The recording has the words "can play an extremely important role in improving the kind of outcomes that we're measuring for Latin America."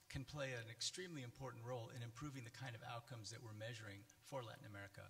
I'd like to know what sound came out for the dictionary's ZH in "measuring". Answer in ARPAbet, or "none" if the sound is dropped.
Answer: ZH